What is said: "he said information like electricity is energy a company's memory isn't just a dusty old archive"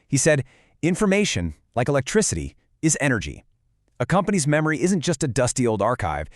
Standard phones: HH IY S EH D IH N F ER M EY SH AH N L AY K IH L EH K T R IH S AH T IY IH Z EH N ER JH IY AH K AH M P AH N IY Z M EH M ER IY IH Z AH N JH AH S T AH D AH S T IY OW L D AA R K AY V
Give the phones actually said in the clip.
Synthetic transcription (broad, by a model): HH IY S EH D IH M F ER M EY SH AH N L AY K IH L EH K T R IH S AH T IY IH Z EH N ER JH IY AH K AH M P AH N IY Z M EH M ER IY IH Z AH N JH AH S T AH D AH S T IY OW L D AA R K AY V